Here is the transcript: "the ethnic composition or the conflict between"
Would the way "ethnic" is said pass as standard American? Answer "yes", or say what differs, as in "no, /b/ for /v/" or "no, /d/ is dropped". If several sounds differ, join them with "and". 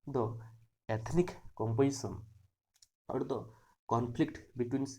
no, /t/ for /θ/